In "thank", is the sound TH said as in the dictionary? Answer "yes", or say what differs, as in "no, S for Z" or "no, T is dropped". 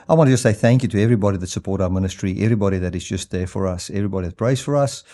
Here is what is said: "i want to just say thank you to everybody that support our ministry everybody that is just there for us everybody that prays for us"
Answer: yes